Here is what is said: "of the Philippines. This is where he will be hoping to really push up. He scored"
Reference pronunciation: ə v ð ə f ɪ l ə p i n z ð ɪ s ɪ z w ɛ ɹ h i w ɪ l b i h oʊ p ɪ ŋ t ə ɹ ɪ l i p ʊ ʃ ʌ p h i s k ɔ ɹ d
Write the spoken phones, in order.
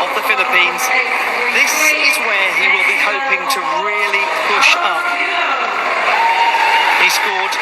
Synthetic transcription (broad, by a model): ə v ð ə f ɪ l ə p i n z ð ɪ s ɪ z w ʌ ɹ h i w ɪ l b i h oʊ p ɪ ŋ t ə ɹ ɪ l i p ʊ ʃ ʌ p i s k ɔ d